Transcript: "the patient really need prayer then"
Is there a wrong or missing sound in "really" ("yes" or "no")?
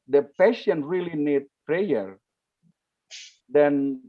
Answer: no